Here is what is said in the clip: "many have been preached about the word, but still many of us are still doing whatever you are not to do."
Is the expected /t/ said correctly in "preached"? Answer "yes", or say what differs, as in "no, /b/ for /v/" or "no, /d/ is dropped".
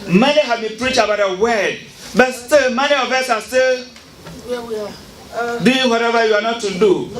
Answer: no, /t/ is dropped